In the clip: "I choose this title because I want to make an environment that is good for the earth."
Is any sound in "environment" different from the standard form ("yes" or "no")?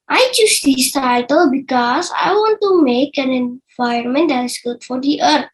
yes